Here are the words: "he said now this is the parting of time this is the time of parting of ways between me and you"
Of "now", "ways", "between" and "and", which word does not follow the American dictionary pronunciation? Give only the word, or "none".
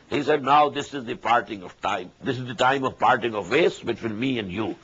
ways